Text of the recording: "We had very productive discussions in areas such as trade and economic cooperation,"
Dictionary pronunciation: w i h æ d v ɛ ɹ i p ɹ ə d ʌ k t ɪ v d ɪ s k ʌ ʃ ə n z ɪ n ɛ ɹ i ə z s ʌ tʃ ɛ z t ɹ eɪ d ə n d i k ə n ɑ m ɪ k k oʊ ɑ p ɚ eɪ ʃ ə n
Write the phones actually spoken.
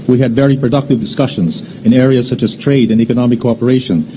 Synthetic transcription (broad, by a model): w i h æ d v ɛ ɹ i p ɹ ə d ʌ k t ɪ v d ɪ s k ʌ ʃ ə n z ɪ n ɛ ɹ i ə z s ʌ tʃ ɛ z t ɹ eɪ d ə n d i k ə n ɑ m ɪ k k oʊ ɑ p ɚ eɪ ʃ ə n